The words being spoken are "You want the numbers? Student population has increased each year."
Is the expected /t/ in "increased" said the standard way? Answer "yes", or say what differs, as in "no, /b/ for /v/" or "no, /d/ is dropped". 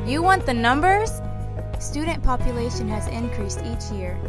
yes